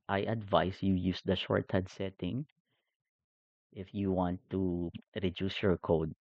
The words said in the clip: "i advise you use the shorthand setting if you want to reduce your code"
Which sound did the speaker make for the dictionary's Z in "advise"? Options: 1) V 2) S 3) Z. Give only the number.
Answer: 2